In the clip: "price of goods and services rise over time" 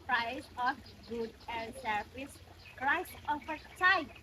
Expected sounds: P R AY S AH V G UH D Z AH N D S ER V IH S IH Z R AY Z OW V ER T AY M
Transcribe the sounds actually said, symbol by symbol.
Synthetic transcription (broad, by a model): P R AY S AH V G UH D AH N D S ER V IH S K R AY S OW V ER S AY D